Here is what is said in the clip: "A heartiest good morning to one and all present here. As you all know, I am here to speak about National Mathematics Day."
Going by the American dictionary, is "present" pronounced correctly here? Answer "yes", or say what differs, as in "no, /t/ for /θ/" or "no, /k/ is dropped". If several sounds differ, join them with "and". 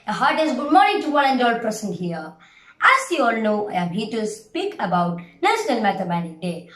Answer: no, /ɹ/ is dropped and /s/ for /z/